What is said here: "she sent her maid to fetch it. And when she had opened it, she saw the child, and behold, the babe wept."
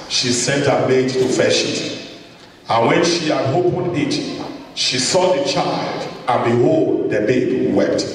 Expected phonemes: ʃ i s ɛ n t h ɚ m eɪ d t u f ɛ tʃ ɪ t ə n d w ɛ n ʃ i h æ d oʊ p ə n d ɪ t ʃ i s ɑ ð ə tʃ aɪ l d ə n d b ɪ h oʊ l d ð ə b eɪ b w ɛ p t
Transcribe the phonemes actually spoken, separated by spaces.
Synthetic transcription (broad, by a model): ʃ i s ɛ n t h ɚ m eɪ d t u f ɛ ʃ ɪ t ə n w ɛ n ʃ i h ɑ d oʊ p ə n ɪ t ʃ i s ɑ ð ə tʃ aɪ l d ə n b ɪ h oʊ l d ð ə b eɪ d w ɛ p t